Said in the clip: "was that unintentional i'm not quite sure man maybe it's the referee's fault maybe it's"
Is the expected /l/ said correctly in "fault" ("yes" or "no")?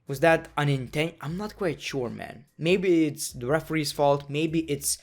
yes